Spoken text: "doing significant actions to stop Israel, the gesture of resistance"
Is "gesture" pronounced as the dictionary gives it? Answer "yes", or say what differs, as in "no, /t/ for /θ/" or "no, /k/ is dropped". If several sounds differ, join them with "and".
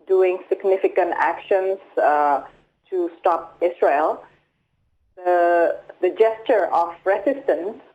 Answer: yes